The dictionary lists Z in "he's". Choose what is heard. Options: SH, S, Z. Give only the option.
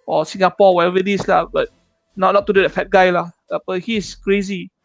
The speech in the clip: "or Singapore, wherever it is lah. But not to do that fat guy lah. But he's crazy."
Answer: S